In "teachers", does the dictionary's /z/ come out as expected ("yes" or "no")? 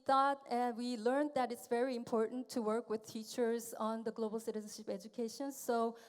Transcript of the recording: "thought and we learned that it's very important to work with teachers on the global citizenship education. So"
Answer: yes